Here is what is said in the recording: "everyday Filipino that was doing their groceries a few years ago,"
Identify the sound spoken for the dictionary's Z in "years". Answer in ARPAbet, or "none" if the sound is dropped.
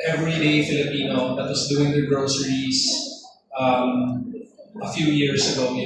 S